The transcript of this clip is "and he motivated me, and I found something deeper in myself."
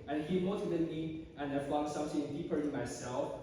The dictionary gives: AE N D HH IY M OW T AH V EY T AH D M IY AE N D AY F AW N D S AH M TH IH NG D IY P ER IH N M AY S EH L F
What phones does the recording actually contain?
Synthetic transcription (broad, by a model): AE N HH IY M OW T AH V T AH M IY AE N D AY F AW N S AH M S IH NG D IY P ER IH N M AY S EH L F